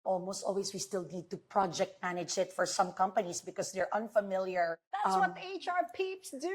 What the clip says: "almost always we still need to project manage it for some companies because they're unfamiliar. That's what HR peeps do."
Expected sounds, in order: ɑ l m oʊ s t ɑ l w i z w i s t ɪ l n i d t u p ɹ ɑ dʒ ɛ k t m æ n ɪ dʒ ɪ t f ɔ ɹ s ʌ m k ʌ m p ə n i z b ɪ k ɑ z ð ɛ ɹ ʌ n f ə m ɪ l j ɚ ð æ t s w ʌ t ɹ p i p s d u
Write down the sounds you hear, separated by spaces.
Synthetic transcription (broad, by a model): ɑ l m oʊ s t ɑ l w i s w i s t ɪ l n i d t u p ɹ ɑ dʒ ɛ k t m æ n ɪ dʒ ɪ t f ɔ ɹ s ʌ m k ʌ m p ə n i s b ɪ k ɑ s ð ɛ ɹ ʌ n f ə m ɪ l j ɚ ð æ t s w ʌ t ɹ p i p s d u